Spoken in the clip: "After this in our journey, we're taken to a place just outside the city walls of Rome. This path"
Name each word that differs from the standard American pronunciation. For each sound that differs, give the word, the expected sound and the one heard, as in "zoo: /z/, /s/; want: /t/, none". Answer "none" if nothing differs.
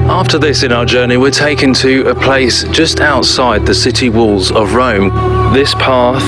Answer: none